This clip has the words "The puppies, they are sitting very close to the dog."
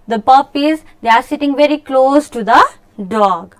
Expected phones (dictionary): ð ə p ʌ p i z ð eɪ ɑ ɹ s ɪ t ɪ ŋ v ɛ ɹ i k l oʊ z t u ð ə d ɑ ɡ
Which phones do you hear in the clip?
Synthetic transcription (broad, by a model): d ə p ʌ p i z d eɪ ɑ ɹ s ɪ t ɪ ŋ v ɛ ɹ i k l oʊ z t u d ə d ɑ ɡ